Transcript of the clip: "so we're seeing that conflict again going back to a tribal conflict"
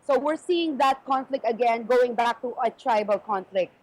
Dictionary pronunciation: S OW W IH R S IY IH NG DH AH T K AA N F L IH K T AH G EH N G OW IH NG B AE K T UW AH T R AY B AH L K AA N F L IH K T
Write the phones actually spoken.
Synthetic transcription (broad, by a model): S OW W IH R S IY IH NG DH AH T K AA N F L IH K T AH G EH N G OW IH NG B AE K T UW AH T R AY B AH L K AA N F L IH K T